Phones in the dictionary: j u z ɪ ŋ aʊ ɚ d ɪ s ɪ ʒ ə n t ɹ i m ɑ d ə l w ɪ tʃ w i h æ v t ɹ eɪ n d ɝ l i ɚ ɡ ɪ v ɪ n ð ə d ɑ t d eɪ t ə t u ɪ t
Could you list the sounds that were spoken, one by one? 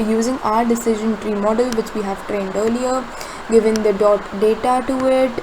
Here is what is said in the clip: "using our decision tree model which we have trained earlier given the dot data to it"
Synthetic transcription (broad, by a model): j u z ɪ ŋ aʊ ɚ d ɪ s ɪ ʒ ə n t ɹ i m ɑ d ə l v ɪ tʃ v i h æ v t ɹ eɪ n d ɝ l i ɚ ɡ ɪ v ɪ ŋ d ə d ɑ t d eɪ t ə t u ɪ t